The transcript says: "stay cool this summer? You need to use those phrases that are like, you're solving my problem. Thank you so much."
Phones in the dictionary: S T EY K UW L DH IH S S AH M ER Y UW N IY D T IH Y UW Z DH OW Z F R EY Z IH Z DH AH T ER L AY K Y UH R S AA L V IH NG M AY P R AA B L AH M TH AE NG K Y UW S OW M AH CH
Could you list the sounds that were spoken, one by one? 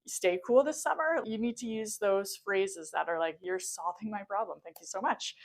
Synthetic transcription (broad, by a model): S T EY K UW L DH IH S S AH M ER Y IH N IY D T IH Y UW Z DH OW Z F R EY Z IH Z DH AH T ER L AY K Y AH R S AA L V IH NG M AY P R AA B L AH M TH AE NG K Y UW S OW M AH CH